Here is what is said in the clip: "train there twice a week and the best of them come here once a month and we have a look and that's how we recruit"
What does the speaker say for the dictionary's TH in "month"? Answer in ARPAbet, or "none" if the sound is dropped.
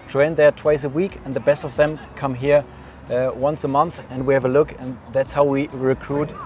TH